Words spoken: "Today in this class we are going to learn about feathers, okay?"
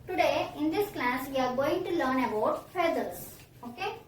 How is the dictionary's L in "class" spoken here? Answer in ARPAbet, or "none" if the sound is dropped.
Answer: L